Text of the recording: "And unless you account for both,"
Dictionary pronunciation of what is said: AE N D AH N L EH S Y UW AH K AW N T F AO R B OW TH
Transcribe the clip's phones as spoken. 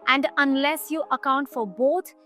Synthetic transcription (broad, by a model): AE N D AH N L EH S Y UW AH K AW N T F AO R B OW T